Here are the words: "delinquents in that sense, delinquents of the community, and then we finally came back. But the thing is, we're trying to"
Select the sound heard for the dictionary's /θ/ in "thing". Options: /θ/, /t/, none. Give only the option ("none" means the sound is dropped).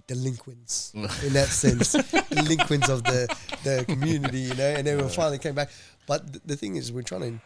/θ/